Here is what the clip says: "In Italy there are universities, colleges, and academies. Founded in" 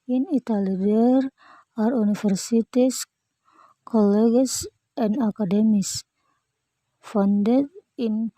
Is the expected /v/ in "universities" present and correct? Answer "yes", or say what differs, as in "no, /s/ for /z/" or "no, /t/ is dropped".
no, /f/ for /v/